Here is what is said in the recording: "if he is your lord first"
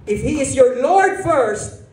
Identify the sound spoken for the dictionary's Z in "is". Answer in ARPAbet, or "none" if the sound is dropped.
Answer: Z